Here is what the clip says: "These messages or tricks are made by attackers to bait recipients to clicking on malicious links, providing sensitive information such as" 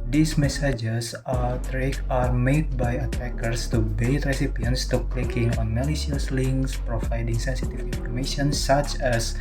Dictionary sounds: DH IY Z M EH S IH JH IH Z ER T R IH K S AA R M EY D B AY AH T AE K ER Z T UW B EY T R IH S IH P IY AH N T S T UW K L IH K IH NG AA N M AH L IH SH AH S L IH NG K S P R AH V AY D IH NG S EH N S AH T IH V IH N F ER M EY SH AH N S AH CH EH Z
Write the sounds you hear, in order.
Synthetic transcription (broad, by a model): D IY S M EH S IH JH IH S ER T R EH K AA R M EY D B AY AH T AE K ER S T UW B EY T R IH S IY P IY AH N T S T UW K L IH K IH NG AA N M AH L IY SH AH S L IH NG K S P R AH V AY D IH NG S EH N S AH T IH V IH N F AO M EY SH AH N S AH CH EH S